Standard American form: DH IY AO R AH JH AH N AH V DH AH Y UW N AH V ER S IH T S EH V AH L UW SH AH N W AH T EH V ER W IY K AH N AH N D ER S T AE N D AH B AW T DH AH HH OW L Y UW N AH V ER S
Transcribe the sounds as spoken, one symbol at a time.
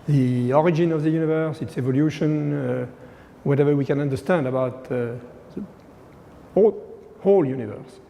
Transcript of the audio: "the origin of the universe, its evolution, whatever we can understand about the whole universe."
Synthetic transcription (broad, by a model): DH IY AO R AH JH AH N AH V DH AH Y UW N AH V ER S IH T S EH V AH L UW SH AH N W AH T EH V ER W IY K AH N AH N D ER S T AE N D AH B AW T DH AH HH OW L Y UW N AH V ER S